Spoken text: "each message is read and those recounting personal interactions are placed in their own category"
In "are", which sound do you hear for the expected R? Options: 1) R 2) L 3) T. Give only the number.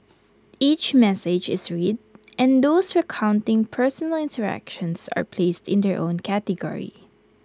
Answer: 1